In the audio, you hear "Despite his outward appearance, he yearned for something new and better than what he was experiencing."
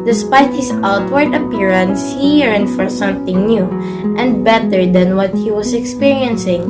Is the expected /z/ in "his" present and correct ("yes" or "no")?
no